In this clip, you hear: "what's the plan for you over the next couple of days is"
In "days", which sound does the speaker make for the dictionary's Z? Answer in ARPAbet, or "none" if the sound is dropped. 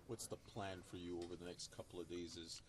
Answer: Z